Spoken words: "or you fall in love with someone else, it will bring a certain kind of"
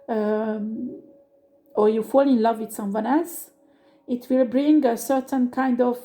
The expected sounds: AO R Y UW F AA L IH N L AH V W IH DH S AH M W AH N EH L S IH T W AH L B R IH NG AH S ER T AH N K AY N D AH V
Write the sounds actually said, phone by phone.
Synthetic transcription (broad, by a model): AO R Y UW F AA L IH N L AH V W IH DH S AH M W AH N EH L S IH T W AH L B R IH NG AH S ER T AH N K AY N D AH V